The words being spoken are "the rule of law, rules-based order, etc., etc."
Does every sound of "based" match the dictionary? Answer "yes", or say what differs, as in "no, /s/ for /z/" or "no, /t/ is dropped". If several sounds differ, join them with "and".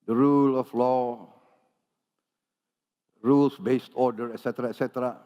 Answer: yes